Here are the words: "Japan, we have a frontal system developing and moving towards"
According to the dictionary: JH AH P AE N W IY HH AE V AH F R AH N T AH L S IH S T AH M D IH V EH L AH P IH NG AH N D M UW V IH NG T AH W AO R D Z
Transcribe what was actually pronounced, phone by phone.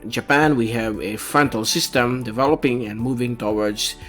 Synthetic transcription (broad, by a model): JH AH P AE N W IY HH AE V AH F R AH N T AH L S IH S T AH M D IH V EH L AH P IH NG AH N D M UW V IH NG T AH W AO R D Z